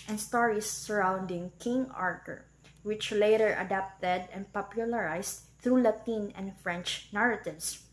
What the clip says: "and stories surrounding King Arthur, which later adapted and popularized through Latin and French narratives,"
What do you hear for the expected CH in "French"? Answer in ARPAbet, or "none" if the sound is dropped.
CH